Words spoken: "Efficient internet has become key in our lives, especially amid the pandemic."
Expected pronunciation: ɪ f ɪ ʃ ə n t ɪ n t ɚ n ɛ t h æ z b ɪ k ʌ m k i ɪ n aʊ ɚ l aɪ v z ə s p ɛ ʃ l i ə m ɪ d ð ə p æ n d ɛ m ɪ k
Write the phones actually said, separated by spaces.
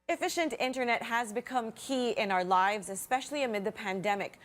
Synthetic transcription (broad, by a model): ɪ f ɪ ʃ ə n t ɪ n t ɚ n ɛ t h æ z b ɪ k ʌ m k i ɪ n aʊ ɚ l aɪ v z ə s p ɛ ʃ l i ə m ɪ d ð ə p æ n d ɛ m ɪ k